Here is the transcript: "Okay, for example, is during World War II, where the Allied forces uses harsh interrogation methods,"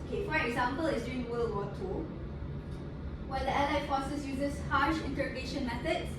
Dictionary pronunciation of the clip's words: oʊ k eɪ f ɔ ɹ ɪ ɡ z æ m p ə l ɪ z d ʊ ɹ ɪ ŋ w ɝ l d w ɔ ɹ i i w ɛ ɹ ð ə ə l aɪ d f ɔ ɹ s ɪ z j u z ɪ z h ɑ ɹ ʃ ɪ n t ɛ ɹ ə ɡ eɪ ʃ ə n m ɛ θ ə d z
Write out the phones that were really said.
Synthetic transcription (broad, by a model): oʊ k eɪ f ɔ ɹ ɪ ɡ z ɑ m p ə l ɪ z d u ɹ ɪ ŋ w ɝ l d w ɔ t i w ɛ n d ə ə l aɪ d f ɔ s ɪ s j u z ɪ s h ɑ ʃ ɪ n t ɛ ɹ ə ɡ eɪ ʃ ə n m ɛ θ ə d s